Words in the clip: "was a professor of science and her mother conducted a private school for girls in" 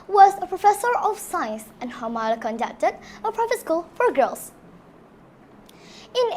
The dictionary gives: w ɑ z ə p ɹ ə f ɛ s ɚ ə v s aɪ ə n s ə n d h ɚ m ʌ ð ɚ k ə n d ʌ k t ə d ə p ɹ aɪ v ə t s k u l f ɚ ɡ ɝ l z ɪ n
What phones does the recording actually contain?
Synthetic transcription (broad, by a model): w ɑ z ə p ɹ ə f ɛ s ɚ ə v s aɪ n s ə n h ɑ m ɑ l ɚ k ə n d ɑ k t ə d ə p ɹ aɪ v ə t s k u l f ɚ ɡ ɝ l s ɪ n